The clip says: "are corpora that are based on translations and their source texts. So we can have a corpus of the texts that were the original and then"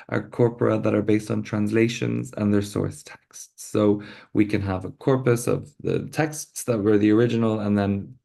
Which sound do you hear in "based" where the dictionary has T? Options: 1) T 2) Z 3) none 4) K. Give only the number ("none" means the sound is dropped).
1